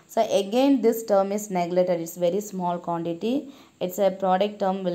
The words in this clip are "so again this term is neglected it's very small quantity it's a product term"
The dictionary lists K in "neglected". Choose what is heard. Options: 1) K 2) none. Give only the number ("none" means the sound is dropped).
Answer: 2